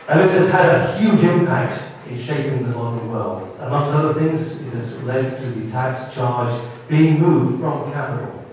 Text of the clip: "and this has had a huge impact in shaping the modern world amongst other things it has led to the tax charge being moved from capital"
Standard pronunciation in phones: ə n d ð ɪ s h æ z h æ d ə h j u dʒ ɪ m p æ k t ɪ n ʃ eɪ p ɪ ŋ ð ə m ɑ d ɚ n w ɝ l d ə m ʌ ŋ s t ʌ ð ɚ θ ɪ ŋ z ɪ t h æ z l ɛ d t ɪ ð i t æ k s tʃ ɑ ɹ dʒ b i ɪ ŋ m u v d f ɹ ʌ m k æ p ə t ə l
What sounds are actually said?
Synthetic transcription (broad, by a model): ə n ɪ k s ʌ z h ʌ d ə h j u dʒ ɪ m p æ k t ɪ n ʃ eɪ p ɪ ŋ ð ə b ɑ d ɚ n w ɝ l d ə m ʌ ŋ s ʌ ʌ ð ɚ θ ɪ ŋ z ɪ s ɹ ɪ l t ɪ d t ɪ ð i t æ k s tʃ ɑ ɹ dʒ b i ɪ ŋ m u v d f ɹ ʌ m k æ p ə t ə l